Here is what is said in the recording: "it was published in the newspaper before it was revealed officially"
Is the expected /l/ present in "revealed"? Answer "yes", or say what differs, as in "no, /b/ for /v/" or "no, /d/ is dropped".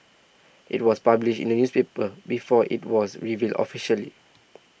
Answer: yes